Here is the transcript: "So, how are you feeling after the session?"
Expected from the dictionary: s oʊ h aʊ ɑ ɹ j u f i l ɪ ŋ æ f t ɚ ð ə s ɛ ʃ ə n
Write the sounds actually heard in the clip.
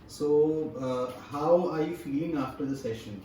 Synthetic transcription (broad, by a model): s oʊ h aʊ ɑ ɹ j u f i ɪ ŋ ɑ f t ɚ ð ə s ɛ ʃ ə n